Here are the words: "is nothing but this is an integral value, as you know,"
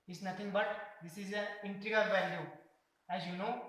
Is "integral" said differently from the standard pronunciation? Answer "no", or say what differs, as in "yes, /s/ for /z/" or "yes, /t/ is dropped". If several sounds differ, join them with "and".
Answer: yes, /ɹ/ is dropped